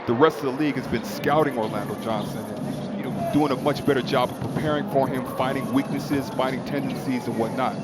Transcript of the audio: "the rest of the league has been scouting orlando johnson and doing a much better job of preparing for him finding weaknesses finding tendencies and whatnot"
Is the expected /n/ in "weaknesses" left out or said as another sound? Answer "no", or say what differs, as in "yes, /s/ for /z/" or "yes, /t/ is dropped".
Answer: no